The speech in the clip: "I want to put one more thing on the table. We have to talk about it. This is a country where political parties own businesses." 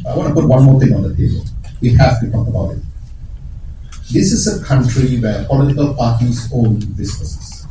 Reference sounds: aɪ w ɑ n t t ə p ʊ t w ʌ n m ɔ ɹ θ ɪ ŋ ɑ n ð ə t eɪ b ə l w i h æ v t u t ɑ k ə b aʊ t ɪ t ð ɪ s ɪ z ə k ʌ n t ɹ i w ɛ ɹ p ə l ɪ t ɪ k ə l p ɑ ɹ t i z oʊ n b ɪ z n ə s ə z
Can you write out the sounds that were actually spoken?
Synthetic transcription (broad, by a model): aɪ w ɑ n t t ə p ʊ t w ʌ n m ɔ ɹ t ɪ ŋ ɑ n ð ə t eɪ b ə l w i h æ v t u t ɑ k ə b aʊ t ɪ t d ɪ s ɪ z ə k ʌ n t ɹ i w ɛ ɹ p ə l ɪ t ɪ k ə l p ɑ ɹ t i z oʊ n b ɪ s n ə s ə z